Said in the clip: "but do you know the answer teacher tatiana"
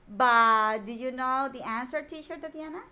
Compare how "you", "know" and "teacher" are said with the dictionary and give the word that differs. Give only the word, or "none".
teacher